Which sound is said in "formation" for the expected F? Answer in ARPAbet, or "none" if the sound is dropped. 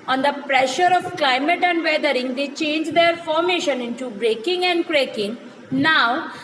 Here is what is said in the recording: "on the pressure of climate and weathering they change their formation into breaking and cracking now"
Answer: F